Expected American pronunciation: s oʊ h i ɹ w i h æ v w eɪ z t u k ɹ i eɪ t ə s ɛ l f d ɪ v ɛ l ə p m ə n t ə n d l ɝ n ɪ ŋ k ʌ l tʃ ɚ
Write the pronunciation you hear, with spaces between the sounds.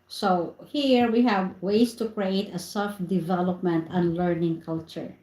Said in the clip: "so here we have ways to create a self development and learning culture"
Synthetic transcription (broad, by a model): s oʊ h i ɹ w i h æ v w eɪ s t u k ɹ i eɪ t ə s ɛ l f d ɪ v ɛ l ə p m ə n t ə n l ɝ n ɪ ŋ k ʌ l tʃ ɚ